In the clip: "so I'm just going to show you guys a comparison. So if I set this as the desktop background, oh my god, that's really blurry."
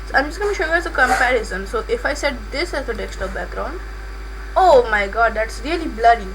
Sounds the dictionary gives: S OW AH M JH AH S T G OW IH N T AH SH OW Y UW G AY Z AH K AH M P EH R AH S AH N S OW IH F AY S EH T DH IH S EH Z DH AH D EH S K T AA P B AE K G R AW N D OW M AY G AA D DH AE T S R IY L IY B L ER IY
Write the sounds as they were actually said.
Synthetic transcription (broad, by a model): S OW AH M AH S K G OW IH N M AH SH OW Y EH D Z AH K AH M P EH R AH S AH N S OW IH F AY S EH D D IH S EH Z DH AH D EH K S T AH B AE K G R AW N D OW M AY G AA D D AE T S R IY L IY B L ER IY